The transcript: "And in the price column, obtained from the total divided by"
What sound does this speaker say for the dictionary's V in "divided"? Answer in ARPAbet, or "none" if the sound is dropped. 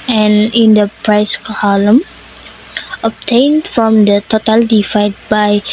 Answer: F